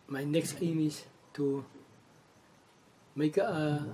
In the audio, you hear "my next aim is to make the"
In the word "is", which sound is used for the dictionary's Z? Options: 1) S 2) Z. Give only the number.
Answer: 1